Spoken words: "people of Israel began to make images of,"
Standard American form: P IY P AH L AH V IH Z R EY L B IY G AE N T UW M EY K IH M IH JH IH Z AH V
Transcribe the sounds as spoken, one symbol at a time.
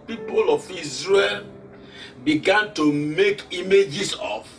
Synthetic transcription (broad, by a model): P IY P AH L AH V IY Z R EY L B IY G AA N T UW M EY K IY M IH JH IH S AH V